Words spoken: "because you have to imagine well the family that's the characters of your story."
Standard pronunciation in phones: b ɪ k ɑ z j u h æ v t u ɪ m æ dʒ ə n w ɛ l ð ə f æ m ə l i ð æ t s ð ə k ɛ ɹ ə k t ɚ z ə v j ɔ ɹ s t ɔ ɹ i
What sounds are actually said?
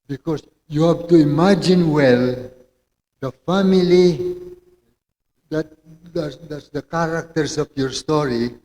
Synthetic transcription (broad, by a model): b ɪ k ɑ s j u h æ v t u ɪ m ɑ dʒ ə n w ɛ l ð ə f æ m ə l i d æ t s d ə k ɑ ɹ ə k t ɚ s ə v j ɔ ɹ s t ɔ ɹ i